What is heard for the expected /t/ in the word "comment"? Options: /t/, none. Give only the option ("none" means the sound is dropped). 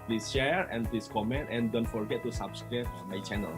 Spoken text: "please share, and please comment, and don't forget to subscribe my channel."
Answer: /t/